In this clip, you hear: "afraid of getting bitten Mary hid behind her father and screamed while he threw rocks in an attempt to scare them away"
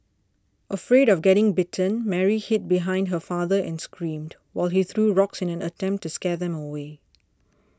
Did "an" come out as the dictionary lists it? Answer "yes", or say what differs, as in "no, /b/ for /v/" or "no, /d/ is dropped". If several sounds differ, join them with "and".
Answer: yes